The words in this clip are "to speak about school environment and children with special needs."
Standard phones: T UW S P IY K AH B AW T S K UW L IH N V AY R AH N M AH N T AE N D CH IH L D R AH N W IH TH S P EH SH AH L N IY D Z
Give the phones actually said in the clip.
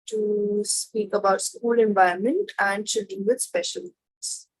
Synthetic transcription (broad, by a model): T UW S P IY K AH B AW T S K UW L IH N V AY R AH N M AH N T AE N D SH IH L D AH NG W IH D S P EH SH AH L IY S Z